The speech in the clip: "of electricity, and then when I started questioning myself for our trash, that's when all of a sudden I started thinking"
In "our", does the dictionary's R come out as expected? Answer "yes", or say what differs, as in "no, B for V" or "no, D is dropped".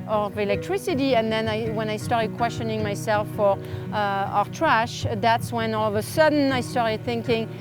yes